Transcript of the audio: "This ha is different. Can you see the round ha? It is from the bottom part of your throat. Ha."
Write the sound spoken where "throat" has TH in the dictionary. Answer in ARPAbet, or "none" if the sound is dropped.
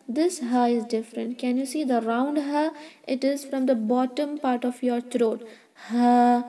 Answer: T